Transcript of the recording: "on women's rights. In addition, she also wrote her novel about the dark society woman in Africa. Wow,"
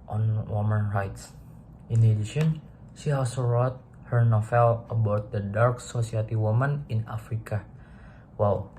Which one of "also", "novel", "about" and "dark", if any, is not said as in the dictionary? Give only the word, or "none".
novel